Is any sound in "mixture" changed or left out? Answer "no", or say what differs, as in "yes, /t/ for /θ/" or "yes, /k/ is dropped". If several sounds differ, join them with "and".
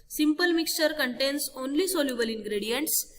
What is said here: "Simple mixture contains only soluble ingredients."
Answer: no